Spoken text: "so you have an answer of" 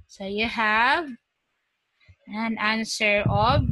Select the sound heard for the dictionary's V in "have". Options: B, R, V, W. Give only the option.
V